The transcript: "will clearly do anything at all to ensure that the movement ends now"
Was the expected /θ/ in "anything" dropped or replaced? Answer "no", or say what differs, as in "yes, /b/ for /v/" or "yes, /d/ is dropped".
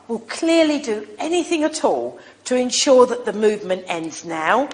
no